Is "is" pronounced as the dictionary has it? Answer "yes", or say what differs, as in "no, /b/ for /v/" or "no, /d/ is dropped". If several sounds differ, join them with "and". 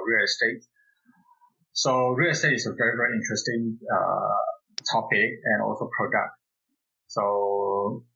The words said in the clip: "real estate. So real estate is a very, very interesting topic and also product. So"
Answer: no, /s/ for /z/